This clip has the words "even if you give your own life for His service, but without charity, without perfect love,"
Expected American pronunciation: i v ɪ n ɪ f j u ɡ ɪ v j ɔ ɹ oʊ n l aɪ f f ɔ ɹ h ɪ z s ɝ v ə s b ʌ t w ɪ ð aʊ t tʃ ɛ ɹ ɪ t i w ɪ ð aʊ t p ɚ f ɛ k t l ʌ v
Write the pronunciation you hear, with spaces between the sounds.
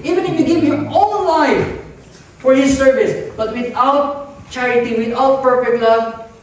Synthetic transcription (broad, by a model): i v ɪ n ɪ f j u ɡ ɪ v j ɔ l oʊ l aɪ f f ɔ ɹ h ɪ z s ɝ v ə s b ʌ t w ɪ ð aʊ t tʃ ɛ ɹ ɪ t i w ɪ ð aʊ t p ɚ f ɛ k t l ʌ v